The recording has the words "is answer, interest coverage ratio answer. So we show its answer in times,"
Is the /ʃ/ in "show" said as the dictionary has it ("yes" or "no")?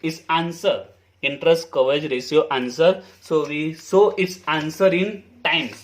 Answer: no